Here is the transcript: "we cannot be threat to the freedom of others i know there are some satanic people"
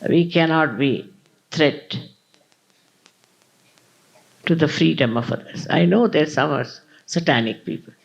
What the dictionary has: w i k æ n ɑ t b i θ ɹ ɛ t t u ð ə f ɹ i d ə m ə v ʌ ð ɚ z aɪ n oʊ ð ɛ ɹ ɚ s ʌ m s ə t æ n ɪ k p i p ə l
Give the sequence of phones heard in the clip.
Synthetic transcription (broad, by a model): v i k æ n ɑ t b i t ɹ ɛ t t u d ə f ɹ i d ə m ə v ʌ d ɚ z aɪ n oʊ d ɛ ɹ s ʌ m s ə t æ n ɪ k p i p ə l